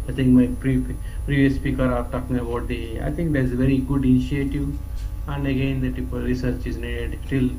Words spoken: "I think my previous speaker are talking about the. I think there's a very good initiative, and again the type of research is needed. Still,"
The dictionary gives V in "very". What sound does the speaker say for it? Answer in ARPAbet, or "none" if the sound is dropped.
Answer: V